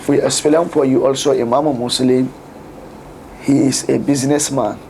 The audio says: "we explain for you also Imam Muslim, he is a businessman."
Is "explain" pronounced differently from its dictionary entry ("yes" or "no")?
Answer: yes